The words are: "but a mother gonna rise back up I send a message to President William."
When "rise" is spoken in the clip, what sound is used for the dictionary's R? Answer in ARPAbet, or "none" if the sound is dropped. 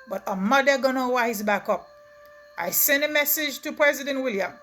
W